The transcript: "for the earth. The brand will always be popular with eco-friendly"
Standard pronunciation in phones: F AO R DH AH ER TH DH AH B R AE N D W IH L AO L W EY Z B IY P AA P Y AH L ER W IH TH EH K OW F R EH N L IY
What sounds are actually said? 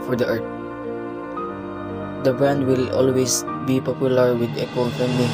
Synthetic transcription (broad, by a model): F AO R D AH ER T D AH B R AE N D W IH L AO L W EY S B IY P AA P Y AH L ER W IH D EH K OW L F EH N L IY